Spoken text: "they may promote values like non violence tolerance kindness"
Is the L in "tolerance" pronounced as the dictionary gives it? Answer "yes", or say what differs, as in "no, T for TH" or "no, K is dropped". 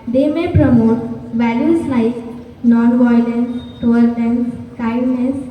no, L is dropped